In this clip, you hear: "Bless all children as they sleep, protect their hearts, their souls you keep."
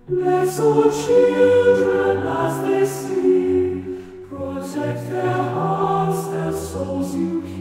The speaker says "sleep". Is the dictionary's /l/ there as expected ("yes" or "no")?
no